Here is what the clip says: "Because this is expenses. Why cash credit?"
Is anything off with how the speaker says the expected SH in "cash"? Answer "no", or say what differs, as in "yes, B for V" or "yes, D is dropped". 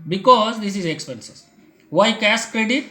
yes, S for SH